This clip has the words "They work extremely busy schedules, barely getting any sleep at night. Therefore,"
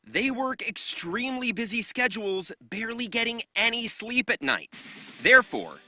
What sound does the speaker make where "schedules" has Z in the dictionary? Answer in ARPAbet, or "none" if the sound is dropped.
Z